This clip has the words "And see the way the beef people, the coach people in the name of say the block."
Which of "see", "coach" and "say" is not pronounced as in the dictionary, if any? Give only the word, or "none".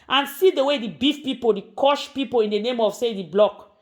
coach